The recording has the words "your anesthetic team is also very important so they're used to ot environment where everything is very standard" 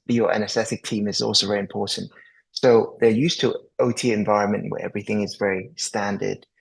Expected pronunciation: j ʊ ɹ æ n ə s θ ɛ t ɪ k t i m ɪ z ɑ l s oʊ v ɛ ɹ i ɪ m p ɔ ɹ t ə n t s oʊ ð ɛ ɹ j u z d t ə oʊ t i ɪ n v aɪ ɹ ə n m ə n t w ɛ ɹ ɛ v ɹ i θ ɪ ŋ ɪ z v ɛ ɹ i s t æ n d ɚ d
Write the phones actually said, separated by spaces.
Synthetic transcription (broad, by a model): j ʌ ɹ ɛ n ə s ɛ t ɪ k t i m ɪ z ɑ l s oʊ v ɛ ɹ i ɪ m p ɔ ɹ t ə n t s oʊ ð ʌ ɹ j u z t ə oʊ t i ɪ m v aɪ ɹ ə n m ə n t w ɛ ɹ ɛ v ɹ i θ ɪ ŋ ɪ z v ɛ ɹ i s t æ n d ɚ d